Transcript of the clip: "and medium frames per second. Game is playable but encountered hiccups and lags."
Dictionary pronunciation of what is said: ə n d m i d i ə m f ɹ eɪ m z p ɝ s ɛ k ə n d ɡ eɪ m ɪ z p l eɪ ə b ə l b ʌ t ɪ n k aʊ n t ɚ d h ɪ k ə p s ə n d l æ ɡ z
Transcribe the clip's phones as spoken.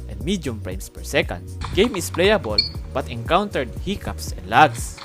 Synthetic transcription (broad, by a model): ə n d m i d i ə m p ɹ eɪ m s p ɝ s ɛ k ə n d ɡ eɪ m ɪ s p l eɪ ə b ə l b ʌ t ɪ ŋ k aʊ n t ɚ d h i k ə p s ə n d l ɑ ɡ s